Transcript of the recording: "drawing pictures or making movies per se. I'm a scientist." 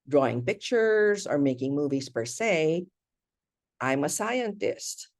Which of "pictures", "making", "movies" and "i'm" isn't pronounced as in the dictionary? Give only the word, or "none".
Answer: none